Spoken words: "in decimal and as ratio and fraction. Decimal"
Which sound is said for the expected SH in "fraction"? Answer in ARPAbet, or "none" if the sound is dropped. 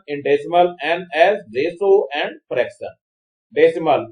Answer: S